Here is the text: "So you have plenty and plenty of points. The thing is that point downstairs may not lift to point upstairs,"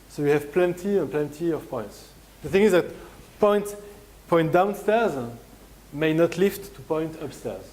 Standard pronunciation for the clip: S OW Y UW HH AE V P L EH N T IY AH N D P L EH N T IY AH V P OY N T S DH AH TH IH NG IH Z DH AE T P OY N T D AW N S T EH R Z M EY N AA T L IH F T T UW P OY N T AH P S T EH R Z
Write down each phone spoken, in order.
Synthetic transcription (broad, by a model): S OW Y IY HH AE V P L EH N T IY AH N P L EH N T IY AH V P OY N T S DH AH TH IH NG IH Z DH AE T P OY N T D AW N S T EH R Z M EY N AA T L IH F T T UW P OY N T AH P S T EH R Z